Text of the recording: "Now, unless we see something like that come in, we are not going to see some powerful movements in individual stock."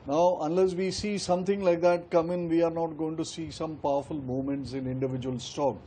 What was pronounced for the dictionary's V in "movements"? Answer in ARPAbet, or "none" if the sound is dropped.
none